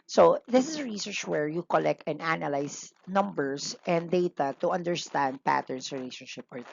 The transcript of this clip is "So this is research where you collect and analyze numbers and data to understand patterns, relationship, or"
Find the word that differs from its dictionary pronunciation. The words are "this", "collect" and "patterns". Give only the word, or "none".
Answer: patterns